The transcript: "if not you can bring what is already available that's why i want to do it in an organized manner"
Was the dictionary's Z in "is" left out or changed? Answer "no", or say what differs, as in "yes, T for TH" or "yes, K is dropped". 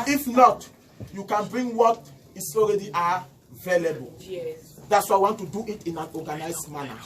yes, S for Z